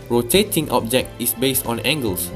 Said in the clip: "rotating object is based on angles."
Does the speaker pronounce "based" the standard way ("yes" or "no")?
yes